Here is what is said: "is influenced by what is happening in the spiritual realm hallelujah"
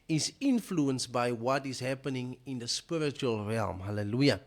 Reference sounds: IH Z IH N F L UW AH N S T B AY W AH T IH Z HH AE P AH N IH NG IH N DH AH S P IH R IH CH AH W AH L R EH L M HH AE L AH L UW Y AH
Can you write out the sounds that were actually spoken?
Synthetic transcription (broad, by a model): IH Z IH N F L UW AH N S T B AY W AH T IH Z HH AE P AH N IH NG IH N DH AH S P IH R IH CH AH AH L R EH L M HH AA L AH L UW Y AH